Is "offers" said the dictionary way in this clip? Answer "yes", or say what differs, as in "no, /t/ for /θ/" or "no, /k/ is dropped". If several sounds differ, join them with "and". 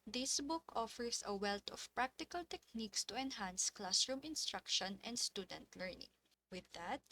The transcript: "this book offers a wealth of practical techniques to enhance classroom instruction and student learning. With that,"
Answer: no, /s/ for /z/